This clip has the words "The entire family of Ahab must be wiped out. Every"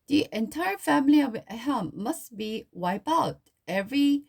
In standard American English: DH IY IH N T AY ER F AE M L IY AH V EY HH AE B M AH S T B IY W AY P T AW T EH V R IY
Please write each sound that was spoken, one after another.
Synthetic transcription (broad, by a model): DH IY IH N T AY ER F AE M L IY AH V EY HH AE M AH S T B IY W AY P AW T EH V R IY